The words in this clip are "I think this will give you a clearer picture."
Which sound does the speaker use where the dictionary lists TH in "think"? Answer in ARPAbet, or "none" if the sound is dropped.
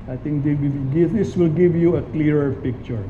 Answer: T